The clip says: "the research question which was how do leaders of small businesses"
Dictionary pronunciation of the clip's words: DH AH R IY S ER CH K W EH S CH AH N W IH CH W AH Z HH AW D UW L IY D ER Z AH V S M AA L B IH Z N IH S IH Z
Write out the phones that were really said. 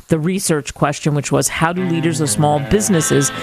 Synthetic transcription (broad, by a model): DH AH R IY S ER CH K W EH S CH AH N W IH CH W AH Z HH AW D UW L IY D ER Z AH V S M AA L B IH Z N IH S IH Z